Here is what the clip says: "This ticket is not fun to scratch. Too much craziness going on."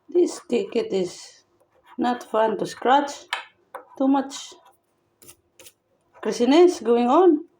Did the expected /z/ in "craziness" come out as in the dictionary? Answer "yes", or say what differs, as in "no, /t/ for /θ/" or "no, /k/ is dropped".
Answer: no, /s/ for /z/